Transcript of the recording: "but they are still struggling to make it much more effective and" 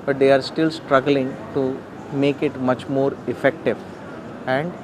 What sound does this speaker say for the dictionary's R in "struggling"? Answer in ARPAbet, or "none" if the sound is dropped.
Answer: R